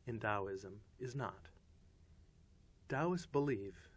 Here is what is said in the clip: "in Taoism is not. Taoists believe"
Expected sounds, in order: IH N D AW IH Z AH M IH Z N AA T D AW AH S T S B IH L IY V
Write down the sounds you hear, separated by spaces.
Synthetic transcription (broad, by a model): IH N D AW IH Z AH M IH Z N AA T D AW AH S S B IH L IY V